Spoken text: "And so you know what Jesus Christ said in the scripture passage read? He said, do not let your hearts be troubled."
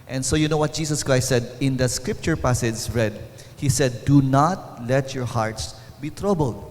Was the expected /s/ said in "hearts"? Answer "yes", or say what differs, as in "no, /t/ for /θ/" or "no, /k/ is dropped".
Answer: yes